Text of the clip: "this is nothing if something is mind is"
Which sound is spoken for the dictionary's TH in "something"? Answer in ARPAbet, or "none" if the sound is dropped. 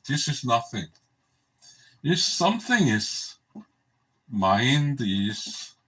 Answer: TH